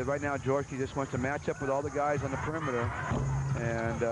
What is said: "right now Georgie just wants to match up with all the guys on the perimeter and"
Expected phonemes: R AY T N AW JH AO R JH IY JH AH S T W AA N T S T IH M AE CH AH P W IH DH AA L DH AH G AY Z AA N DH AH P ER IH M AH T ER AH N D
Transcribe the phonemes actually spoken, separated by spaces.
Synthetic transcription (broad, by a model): R AY T N AW JH AO R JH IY JH AH S T W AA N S T IH M AE CH AH P W IH DH AA L DH AH G AY Z N DH AH P ER IH M AH T ER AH N